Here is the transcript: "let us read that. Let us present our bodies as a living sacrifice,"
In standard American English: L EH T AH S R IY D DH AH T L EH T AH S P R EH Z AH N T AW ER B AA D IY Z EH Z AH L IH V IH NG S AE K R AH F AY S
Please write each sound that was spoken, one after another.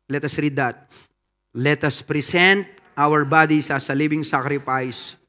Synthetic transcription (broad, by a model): L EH T AH S R IY D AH T L EH T AH S P R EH S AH N T AW ER B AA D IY S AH S AH L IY B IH NG S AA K R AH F AY S